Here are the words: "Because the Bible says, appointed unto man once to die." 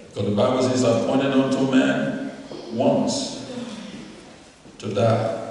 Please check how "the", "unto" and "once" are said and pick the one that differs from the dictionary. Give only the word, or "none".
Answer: none